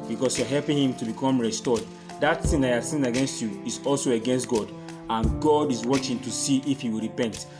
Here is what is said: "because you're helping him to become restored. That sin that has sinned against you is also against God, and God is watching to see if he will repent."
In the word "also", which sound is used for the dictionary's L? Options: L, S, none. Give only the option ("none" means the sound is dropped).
L